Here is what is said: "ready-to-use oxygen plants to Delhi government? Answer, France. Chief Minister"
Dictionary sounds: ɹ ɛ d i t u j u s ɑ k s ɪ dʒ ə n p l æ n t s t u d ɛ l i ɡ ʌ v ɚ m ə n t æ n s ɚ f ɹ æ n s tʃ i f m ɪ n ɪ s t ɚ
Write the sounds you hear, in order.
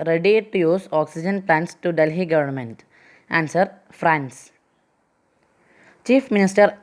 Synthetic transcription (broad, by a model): ɹ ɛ d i t u j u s ɑ k s ɪ dʒ ə n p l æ n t s t u d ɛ l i ɡ ʌ v ɚ m ə n t æ n s ɚ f ɹ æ n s tʃ i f m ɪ n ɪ s t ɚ